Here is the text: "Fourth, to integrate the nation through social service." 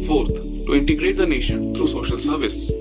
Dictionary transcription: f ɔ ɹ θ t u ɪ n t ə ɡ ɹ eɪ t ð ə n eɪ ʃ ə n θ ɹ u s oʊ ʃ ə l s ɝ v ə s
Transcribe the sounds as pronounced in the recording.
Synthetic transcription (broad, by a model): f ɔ ɹ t t u ɪ n t ə ɡ ɹ eɪ t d ə n eɪ ʃ ə n t ɹ u s oʊ ʃ ə l s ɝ v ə s